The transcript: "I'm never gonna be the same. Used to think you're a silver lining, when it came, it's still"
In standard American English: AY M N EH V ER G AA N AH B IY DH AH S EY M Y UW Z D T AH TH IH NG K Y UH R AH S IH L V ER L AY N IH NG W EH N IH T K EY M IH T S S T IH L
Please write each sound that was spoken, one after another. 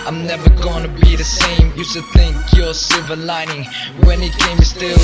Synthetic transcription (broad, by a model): AY M N EH V ER G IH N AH B IY DH AH S EY M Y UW S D TH IH NG K Y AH R S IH V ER L AY N IH NG W EH N IH T K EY IH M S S T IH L